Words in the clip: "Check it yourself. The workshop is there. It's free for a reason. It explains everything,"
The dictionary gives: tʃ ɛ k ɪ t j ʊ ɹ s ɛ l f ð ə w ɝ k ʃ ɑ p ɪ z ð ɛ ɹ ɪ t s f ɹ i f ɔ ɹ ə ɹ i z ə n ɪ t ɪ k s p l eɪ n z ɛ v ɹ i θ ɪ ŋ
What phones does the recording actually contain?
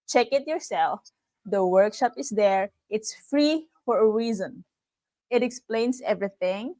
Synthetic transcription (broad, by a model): tʃ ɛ k ɪ t j ʊ ɹ s ɛ l f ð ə w ɝ k ʃ ɑ p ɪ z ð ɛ ɹ ɪ t s f ɹ i f ɔ ɹ ə ɹ i z ə n ɪ t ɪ k s p l eɪ n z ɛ v ɹ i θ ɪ ŋ